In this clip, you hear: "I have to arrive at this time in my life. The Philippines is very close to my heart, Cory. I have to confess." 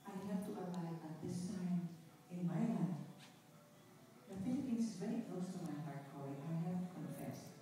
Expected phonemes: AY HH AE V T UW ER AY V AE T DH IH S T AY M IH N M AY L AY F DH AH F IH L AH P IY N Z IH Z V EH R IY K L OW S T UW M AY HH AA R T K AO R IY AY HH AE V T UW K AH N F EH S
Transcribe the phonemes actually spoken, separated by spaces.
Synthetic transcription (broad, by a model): AY HH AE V T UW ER AY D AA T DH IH S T AY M IH N M AY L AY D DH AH F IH L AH P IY N S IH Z V EH R IY K L OW S T UW M AY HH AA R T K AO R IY AY HH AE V T UW K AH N F EH S